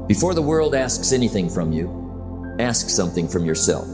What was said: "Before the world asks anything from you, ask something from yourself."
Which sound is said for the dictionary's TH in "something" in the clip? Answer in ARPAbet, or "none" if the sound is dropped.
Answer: TH